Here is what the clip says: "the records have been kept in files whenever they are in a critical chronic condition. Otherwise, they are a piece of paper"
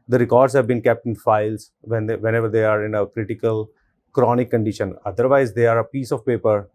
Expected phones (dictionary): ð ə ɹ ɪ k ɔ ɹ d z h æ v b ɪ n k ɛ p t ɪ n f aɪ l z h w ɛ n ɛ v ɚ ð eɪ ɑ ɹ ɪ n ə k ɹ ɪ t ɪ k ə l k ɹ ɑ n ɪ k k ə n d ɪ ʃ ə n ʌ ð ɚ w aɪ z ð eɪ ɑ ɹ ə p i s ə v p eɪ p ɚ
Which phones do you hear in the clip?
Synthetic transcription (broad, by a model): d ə ɹ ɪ k ɔ ɹ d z h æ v b ɪ n k ɛ p t ɪ n f aɪ l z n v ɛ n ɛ v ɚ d eɪ ɑ ɹ ɪ n ə k ɹ ɪ t ɪ k ə l k ɹ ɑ n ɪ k k ə n d ɪ ʃ ə n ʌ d ɚ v aɪ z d eɪ ɑ ɹ ə p i s ə v p eɪ p ɚ